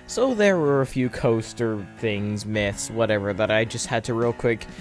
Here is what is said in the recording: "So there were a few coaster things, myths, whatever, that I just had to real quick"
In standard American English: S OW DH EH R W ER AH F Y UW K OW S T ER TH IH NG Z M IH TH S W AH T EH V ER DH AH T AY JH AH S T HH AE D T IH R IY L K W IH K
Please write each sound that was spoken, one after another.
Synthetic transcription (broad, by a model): S OW DH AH R W ER AH F Y UW K OW S T ER TH IH NG Z M IH TH S W AH T EH V ER DH AH T AY JH AH S T HH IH D T IH R IY L K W IH K